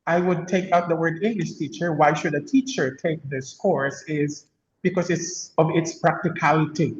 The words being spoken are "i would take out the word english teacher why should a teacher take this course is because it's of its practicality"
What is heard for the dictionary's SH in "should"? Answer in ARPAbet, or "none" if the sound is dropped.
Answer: SH